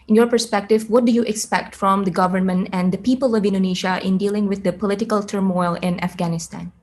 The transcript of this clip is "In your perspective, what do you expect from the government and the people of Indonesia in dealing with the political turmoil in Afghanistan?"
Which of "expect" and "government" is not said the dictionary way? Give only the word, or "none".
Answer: none